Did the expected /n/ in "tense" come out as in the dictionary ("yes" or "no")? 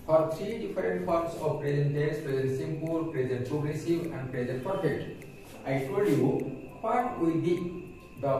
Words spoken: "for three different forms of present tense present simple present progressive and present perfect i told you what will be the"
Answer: no